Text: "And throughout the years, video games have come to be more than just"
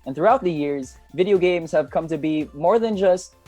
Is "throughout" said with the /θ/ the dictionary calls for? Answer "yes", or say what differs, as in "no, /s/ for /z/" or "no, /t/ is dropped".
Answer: yes